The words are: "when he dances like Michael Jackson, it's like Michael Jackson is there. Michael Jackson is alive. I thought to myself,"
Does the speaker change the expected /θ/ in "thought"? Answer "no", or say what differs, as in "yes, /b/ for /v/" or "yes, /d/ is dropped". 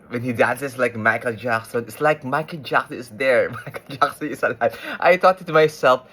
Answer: yes, /t/ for /θ/